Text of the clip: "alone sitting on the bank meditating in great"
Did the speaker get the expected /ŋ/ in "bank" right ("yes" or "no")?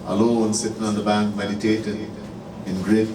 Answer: yes